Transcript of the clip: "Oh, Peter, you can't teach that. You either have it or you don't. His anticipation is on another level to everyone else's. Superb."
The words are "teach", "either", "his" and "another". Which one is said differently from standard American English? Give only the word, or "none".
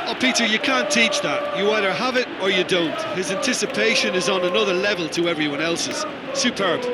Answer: none